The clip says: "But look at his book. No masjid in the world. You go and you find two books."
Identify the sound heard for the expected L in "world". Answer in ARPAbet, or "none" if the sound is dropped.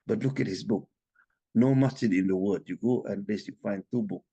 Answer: none